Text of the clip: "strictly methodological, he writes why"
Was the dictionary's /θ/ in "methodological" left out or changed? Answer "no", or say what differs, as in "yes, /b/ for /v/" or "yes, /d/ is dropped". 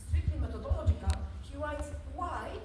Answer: yes, /t/ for /θ/